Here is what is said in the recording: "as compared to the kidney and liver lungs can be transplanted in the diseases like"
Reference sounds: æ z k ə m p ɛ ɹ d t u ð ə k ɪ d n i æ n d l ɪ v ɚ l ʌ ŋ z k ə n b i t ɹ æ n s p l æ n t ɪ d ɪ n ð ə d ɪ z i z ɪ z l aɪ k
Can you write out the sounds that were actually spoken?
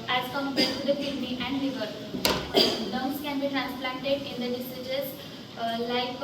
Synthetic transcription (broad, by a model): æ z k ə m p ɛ t u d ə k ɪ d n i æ n d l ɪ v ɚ n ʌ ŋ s k ə n b i t ɹ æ n s p l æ n t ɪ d ɪ n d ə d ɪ s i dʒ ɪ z l aɪ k